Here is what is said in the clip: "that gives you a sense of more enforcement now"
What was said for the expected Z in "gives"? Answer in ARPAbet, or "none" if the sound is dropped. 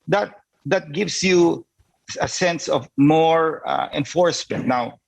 S